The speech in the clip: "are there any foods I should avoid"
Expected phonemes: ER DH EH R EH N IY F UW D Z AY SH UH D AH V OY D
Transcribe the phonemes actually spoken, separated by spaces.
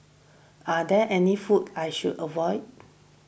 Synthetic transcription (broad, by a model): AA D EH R EH N IY F UW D AY SH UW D AH V OY D